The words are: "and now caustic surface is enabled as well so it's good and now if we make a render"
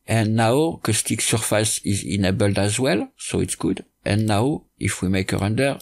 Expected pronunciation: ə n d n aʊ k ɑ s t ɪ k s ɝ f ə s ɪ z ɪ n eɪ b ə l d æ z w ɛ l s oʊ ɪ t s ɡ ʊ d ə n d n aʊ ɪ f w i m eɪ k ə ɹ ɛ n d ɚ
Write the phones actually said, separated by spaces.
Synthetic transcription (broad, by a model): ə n n aʊ k ɑ s t ɪ k s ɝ f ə s ɪ z ɪ n eɪ b ə l d æ z w ɛ l s oʊ ɪ t s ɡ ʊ d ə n n aʊ ɪ f w i m eɪ k ə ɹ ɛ n d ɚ